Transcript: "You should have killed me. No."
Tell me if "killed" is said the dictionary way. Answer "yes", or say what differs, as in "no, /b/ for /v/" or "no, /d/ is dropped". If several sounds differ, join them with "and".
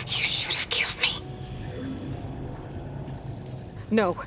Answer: yes